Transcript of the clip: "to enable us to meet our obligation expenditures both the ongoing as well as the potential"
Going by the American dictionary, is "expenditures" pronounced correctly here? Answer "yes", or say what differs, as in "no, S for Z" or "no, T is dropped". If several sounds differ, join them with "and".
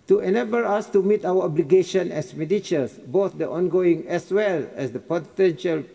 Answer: no, K is dropped and S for Z